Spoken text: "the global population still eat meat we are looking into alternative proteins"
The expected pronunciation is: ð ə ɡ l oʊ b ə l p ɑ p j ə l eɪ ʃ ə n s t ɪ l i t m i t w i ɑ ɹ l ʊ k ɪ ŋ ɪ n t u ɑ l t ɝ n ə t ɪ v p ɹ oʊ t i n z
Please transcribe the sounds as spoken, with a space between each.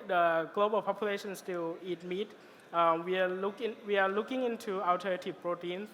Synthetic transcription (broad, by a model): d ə ɡ l oʊ b ə l p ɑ p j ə l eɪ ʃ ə n s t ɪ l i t m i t w i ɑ l l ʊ k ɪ ŋ ɪ n t u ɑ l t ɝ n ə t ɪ p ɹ oʊ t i n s